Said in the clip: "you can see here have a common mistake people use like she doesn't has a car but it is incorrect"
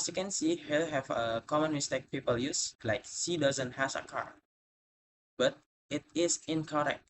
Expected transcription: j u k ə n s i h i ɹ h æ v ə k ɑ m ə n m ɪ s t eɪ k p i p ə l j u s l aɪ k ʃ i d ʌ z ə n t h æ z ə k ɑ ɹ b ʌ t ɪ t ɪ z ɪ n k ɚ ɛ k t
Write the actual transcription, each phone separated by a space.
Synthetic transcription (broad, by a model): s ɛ k ə n s i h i l h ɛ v ə k ɑ m ə n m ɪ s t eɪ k p i p ə l j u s l aɪ k s i d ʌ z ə n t h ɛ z ə k ɑ ɹ b ʌ t ɪ t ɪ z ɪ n k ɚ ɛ k t